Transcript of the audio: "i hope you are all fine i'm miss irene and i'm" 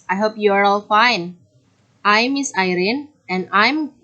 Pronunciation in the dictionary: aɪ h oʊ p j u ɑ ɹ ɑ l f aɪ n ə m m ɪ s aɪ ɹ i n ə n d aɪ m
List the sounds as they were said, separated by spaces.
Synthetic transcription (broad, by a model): aɪ h oʊ p j u ɑ ɹ ɑ l f aɪ n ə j m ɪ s aɪ ɹ i n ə n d aɪ m